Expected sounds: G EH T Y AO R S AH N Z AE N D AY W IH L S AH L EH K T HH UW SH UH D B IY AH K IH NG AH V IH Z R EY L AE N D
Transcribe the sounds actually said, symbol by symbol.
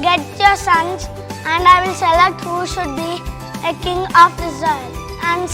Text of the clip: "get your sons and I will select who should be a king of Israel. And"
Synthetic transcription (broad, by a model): G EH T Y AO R S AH N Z AE N D AY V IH L S AH L EH K T HH UW SH UH D B IY AH K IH NG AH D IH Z EY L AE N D